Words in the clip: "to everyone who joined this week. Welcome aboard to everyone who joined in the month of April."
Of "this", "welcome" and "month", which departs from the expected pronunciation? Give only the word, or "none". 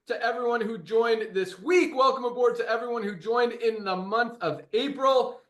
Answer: none